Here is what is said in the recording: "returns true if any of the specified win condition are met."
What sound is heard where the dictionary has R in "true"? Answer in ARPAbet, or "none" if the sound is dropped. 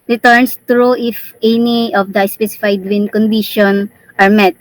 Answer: R